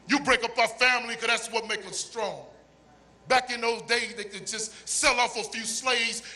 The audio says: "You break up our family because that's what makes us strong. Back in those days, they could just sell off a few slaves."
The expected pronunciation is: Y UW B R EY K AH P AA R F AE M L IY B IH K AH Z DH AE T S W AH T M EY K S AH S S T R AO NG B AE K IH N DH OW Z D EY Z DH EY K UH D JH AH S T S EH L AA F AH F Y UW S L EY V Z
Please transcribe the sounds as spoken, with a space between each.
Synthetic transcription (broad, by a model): Y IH B R EY K AH P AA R F AE M L IY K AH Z DH AE T S W AH T M EY K AH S S T R AO NG B AE K IH N DH OW Z D EY Z DH EY K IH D JH AH S T S EH L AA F AH F Y UW S L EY V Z